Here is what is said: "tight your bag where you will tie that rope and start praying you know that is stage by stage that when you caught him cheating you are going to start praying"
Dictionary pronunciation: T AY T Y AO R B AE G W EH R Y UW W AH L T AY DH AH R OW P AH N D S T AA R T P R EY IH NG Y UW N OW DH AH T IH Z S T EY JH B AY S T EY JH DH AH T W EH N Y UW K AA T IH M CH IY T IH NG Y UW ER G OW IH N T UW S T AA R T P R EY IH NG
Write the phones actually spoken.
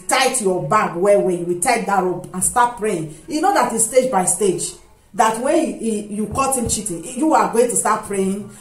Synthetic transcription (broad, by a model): T AY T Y AO B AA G W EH W Y UW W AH T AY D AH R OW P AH N S T AA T P R EY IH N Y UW N OW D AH T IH S T EY JH B AY S T EY JH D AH T W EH Y UW K AA T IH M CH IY T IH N Y UW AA G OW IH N T UW S T AA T P R EY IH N